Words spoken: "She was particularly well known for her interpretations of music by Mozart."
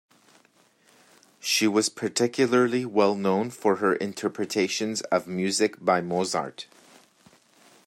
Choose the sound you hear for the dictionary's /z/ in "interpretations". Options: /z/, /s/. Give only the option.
/z/